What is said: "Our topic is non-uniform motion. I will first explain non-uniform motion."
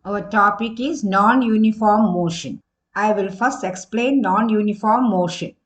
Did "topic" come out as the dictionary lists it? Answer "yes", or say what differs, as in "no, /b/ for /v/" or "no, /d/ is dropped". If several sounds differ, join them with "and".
yes